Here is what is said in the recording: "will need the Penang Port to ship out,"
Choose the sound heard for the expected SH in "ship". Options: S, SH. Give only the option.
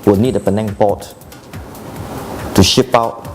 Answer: SH